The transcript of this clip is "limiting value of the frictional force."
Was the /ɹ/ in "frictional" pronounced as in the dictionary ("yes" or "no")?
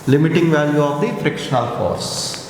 yes